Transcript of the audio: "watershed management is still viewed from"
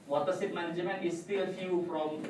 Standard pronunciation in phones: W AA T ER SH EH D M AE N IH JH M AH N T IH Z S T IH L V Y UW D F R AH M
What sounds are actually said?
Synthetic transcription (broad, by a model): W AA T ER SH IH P M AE N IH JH M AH N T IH S T IH L F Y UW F R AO M